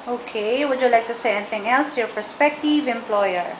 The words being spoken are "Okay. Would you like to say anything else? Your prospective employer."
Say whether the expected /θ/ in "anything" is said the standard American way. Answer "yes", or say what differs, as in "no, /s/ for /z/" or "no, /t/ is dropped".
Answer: no, /t/ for /θ/